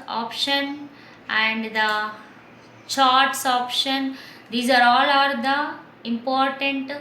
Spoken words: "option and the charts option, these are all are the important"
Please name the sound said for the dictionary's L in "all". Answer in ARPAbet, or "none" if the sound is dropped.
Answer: L